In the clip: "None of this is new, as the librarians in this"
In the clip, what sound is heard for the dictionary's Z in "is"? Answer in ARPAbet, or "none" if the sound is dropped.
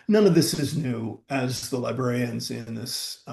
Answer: Z